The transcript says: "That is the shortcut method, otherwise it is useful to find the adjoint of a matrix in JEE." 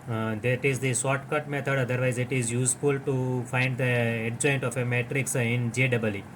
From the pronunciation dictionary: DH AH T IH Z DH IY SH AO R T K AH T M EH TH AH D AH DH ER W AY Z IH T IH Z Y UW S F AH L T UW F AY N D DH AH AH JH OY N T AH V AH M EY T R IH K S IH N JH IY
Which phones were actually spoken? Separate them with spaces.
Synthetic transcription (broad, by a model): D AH T IH Z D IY S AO T K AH T M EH T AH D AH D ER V AY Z IH T IH Z Y UW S F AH L T UW F AY N D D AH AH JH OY N T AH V AH M EY T R IH K S IH N JH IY